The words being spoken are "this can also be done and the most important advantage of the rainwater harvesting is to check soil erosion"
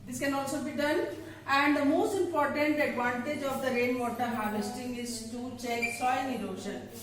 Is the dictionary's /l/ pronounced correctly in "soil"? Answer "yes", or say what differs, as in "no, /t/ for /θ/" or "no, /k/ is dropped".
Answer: no, /n/ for /l/